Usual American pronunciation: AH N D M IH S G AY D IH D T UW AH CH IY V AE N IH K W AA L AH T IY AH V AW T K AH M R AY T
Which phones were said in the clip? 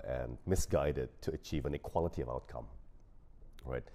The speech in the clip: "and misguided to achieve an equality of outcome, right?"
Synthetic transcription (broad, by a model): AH N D M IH S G AY D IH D T UW AH CH IY V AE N IH K W AA L AH T IY AH V AW T K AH M R AY T